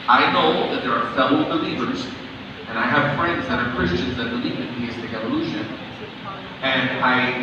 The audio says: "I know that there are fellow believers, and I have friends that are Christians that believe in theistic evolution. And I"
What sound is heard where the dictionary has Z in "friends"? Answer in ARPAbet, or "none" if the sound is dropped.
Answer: Z